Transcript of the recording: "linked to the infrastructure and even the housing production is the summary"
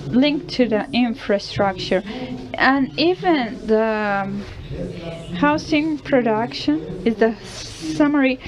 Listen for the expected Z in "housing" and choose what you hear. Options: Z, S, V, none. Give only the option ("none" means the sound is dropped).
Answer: S